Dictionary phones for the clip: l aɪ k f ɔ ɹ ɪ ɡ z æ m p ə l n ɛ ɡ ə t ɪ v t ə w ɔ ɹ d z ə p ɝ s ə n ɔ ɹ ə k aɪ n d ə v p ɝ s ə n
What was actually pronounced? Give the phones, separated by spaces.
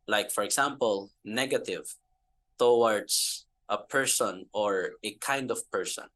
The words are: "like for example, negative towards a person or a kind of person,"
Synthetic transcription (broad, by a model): l aɪ k f ɔ ɹ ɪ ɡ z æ m p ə l n ɛ ɡ ə t ɪ v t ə w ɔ ɹ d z ə p ɝ s ə n ɔ ɹ ə k aɪ n d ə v p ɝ s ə n